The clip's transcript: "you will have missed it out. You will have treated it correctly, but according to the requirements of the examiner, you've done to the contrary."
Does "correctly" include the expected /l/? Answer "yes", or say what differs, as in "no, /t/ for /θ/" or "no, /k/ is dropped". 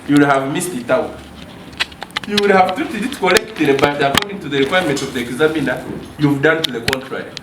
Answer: no, /l/ is dropped